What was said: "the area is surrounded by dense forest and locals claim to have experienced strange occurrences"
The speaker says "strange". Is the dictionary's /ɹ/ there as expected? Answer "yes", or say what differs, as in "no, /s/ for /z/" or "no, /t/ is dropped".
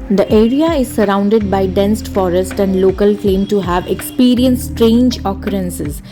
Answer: yes